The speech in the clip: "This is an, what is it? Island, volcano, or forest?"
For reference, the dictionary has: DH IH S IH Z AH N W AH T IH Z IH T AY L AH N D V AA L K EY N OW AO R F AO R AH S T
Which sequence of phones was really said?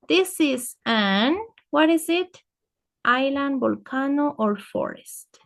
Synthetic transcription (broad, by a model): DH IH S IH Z AH N W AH T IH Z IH T AY L AH N D B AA L K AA N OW AO R F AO R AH S T